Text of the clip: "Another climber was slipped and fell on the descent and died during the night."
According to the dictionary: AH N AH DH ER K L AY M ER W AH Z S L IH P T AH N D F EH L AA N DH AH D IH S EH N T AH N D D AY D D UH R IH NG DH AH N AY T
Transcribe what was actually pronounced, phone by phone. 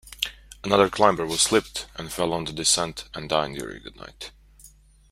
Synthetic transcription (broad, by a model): AH N AH DH ER K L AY M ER W AH Z S L IH P T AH N F EH L N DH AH D IH S EH N T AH N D D AY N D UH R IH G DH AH N AY T